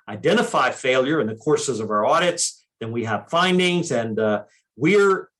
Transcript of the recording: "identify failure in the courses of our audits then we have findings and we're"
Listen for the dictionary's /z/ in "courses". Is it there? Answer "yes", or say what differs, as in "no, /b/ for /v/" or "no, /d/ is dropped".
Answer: yes